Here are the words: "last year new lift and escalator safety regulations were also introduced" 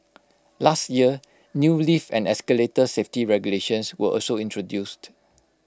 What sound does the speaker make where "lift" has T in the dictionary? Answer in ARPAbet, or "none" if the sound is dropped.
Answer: none